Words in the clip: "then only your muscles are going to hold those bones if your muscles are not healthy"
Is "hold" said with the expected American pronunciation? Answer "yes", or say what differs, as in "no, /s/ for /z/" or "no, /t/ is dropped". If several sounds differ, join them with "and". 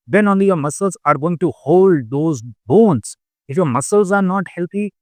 yes